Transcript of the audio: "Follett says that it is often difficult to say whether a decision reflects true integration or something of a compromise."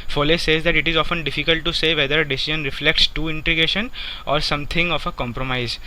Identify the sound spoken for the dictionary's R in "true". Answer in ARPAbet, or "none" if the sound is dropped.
none